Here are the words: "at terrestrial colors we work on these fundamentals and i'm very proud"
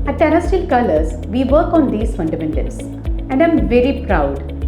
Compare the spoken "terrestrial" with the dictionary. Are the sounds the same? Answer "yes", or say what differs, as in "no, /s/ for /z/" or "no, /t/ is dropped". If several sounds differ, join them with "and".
no, /ɹ/ is dropped